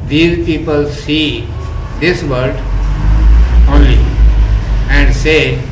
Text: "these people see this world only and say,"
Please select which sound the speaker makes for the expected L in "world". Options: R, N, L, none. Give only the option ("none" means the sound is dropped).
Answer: none